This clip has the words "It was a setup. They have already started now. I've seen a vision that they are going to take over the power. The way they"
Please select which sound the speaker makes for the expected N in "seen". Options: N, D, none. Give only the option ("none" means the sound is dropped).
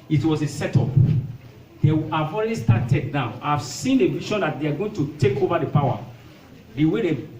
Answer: N